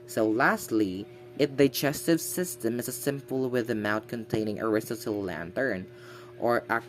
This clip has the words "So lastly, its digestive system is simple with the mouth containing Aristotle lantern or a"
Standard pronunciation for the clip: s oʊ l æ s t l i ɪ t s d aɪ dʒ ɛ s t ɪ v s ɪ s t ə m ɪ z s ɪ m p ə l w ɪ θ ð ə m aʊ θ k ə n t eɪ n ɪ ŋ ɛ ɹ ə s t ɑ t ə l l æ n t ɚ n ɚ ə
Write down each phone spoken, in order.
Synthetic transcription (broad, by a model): s oʊ l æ s t l i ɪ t d aɪ dʒ ɛ s t ɪ v s ɪ s t ə m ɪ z s ɪ m p ə l w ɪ ð ə m aʊ t k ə n t eɪ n ɪ ŋ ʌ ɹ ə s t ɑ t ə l l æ n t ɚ n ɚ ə